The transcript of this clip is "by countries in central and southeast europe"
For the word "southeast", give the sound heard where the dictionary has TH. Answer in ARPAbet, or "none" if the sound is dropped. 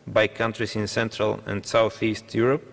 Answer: TH